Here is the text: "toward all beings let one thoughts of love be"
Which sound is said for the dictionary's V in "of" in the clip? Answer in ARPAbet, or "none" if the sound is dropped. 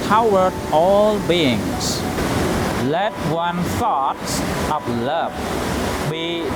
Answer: P